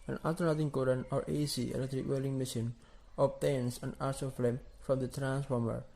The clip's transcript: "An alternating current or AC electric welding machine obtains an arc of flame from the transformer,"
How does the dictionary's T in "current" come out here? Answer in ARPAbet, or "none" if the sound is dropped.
none